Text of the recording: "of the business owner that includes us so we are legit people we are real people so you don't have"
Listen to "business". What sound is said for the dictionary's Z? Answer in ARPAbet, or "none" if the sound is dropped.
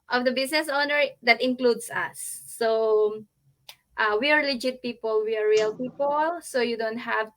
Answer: S